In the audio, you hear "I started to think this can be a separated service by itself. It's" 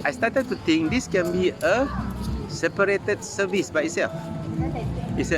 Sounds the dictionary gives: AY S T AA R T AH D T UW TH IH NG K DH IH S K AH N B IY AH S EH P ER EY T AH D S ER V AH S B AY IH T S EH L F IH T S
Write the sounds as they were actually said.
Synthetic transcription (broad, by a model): AY S T AA T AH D T UW T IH NG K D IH S K AH N B IY AH S EH P ER EY T AH D S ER V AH S B AY IH T S EH L F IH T S